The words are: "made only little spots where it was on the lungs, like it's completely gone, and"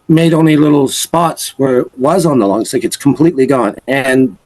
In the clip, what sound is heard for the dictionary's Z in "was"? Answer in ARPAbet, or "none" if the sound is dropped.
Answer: Z